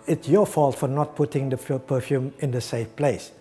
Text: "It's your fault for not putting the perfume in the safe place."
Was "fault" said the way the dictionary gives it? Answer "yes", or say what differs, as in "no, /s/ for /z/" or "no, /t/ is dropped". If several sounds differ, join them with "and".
yes